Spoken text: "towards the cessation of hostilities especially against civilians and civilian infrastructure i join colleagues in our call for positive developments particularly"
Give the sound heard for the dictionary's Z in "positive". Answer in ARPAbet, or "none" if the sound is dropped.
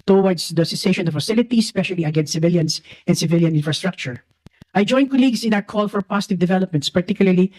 S